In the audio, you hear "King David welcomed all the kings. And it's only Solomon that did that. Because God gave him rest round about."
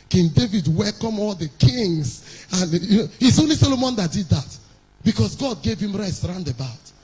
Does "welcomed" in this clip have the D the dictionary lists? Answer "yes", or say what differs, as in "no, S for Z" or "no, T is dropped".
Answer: no, D is dropped